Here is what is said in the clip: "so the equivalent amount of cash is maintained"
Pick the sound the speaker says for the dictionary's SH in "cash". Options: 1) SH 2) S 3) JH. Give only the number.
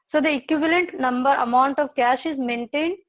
1